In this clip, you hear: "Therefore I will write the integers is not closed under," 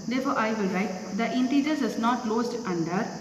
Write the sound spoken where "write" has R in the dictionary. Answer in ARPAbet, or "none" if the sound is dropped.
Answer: R